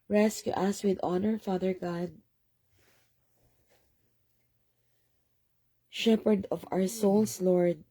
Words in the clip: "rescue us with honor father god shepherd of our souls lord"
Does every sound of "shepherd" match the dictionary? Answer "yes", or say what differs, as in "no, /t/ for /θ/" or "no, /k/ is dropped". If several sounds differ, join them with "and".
yes